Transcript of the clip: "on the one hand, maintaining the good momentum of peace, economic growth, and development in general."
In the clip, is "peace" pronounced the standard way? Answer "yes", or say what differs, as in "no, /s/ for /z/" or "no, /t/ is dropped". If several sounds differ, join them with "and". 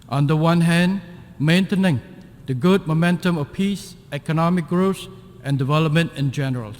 yes